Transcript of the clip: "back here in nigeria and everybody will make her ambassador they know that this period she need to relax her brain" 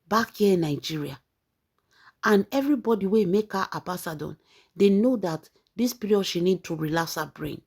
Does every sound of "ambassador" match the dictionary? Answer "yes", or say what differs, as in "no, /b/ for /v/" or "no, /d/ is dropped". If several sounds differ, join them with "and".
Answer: no, /m/ is dropped